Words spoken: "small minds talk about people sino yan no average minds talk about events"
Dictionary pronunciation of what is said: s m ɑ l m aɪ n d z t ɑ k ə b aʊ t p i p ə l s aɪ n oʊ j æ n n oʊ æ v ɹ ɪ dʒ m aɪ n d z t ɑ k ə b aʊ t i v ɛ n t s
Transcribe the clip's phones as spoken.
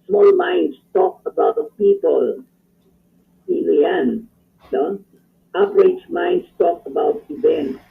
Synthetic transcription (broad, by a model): s m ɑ l m aɪ n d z t ɑ k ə b aʊ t p i p ə l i l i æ n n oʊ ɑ p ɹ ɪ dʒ m aɪ n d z t ɑ k ə b aʊ t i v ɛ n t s